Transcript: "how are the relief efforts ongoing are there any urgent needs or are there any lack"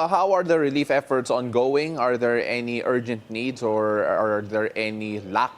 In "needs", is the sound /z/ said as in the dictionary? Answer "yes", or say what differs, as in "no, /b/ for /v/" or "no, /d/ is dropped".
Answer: no, /s/ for /z/